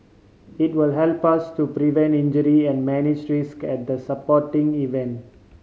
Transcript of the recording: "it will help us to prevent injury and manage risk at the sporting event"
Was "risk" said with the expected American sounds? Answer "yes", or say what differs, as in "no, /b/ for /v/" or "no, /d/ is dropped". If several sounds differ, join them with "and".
yes